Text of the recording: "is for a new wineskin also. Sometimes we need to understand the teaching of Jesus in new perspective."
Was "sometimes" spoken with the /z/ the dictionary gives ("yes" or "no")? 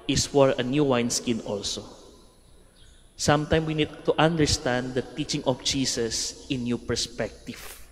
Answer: no